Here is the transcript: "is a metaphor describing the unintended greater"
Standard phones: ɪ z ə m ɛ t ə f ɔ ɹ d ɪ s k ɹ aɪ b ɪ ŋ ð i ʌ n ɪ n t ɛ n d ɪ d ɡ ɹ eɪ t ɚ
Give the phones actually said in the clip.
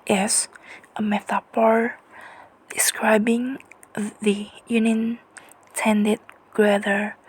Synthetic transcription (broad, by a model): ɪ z ə m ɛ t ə p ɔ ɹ d ɪ s k ɹ aɪ b ɪ ŋ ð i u n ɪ n t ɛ n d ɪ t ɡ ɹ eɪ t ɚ